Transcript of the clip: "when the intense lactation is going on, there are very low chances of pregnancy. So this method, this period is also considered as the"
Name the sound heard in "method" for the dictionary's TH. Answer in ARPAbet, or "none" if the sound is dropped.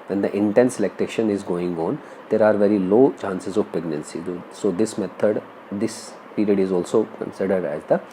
T